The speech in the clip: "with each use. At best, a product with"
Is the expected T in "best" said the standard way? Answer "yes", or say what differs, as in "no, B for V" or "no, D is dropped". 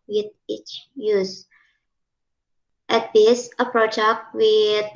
no, T is dropped